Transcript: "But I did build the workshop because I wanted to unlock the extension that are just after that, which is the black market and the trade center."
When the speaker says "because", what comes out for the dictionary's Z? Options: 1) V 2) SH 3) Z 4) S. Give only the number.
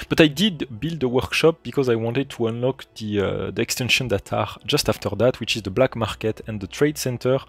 3